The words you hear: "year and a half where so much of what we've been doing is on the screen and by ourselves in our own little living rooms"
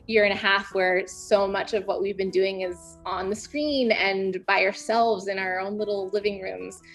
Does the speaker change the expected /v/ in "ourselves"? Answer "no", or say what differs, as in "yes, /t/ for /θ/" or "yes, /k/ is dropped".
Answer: no